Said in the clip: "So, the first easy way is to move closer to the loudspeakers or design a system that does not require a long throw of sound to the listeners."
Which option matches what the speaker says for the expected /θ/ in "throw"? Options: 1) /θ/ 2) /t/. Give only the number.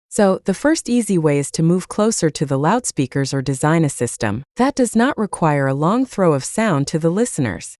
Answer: 1